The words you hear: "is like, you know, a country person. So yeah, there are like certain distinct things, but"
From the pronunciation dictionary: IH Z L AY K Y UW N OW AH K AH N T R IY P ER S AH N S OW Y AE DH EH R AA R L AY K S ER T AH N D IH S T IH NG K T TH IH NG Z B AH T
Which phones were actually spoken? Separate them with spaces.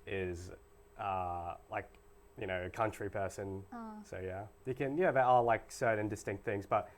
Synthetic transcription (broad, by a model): IH Z L AY K Y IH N OW AH K AH N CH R IY P ER S AH N S OW Y AE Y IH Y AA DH L AY K S ER T N D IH S T IH NG K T TH IH NG Z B AH T